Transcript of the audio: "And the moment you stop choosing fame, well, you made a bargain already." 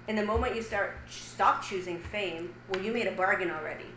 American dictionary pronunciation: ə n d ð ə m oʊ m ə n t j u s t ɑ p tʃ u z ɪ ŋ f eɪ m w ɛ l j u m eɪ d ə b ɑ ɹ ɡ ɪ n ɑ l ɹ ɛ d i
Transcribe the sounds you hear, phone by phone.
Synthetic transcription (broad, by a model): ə n ð ə m oʊ m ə n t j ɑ s t ɑ p tʃ u z ɪ ŋ f eɪ m w ɛ l j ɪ m eɪ d ə b ɑ ɹ ɡ ɪ n l ɹ ɛ d i